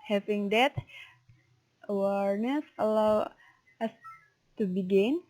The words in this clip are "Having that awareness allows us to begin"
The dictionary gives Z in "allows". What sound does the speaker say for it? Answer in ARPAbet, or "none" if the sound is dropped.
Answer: none